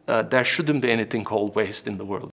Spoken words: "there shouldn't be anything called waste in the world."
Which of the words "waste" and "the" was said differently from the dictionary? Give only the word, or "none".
none